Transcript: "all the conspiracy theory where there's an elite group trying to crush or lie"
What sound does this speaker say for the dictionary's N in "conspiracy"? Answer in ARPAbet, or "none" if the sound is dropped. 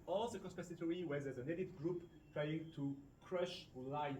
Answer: none